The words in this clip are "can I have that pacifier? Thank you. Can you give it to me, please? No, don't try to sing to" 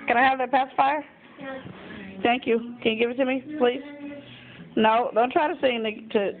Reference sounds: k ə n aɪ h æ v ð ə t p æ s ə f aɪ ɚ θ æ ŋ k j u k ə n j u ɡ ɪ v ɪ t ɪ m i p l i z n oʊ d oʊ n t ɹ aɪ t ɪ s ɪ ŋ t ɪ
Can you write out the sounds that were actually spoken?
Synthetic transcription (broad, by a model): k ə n aɪ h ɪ v ð ə t p æ s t f aɪ ɚ θ æ ŋ k j u k ə n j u ɡ ɪ v ɪ t ɪ m i p l i z n oʊ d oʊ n t ɹ aɪ t ɪ s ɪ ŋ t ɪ